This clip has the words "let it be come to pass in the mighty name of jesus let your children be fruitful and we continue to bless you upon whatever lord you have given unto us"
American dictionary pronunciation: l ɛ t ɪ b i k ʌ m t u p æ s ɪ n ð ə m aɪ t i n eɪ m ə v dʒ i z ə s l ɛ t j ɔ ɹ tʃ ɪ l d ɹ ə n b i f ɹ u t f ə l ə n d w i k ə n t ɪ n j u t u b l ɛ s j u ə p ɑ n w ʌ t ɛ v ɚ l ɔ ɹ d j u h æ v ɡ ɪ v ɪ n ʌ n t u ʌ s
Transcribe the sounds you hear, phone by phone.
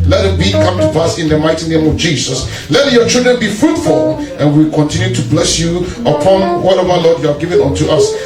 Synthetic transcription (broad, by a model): l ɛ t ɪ b i k ʌ m t u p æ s ɪ n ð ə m aɪ t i n eɪ m ə v dʒ i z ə s l ɛ t j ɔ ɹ tʃ ɪ l d ɹ ə n b i f ɹ u t f ə l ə n w i k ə n t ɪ n j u t u b l ɛ s j u ə p ɑ n w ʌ t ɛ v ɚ l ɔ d j u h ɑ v ɡ ɪ v ɪ n ʌ n t u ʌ s